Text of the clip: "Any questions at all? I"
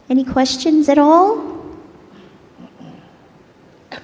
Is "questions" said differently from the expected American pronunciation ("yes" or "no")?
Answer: no